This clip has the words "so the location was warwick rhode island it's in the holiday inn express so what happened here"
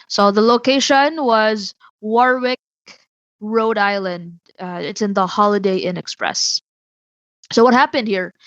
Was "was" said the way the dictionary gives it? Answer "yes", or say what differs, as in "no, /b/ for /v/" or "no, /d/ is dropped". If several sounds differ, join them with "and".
yes